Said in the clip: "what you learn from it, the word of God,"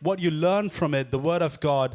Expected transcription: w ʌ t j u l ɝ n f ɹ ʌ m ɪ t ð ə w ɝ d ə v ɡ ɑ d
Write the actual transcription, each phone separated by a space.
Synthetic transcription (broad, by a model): w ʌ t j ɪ l ɝ n f ɹ ʌ m ɪ t ð ə w ɝ d ə v ɡ ɑ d